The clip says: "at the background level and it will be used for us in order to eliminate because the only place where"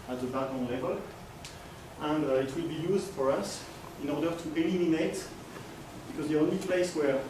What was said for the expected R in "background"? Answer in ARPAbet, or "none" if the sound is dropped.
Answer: none